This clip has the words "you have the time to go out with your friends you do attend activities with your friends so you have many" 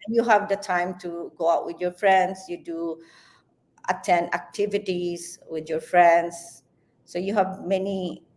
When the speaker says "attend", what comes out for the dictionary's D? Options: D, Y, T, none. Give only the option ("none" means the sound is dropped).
none